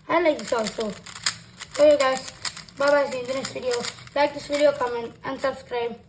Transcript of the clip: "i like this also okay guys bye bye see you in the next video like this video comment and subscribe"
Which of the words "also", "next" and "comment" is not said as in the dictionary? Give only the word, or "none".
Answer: next